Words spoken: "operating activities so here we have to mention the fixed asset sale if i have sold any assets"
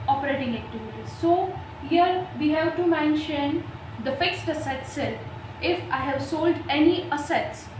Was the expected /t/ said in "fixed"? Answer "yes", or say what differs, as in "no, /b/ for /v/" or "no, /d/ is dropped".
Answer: yes